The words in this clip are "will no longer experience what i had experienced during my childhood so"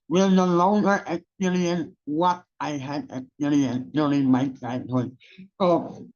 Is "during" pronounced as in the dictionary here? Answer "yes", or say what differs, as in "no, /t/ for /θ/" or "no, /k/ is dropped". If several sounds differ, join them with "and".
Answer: no, /l/ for /ɹ/